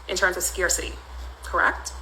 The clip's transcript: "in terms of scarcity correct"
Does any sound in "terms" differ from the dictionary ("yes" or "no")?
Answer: no